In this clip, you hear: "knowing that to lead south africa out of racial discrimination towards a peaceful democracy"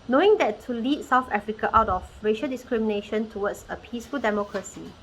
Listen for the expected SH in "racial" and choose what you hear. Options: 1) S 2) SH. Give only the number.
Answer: 2